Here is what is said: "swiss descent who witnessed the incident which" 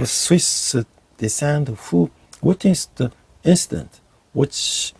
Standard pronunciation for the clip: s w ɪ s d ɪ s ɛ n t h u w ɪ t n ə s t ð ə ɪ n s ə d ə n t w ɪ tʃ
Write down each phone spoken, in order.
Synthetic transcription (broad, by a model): s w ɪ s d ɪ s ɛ n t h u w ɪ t ə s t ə ɪ n s ə d ə n t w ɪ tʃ